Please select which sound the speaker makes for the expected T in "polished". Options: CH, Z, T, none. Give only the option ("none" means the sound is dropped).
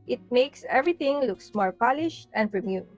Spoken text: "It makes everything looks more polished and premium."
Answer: T